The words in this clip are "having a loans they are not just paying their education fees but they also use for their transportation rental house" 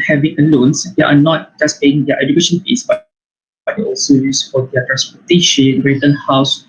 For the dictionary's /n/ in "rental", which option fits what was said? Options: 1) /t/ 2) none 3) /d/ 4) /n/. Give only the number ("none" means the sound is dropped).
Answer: 2